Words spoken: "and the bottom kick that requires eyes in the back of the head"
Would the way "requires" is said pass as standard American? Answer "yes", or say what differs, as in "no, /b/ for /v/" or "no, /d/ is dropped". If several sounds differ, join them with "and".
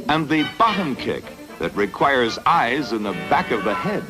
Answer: yes